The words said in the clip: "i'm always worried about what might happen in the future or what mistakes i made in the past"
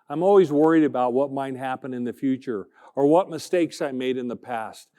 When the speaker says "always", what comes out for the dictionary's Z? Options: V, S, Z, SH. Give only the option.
Z